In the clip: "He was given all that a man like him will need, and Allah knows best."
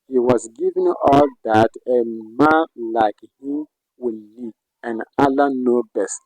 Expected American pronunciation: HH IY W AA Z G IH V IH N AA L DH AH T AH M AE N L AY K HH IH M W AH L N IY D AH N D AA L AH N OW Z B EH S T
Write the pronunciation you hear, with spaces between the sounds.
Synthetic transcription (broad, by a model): HH IY W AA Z G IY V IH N AA L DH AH T AH M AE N L AY K HH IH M W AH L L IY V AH N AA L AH N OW B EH S T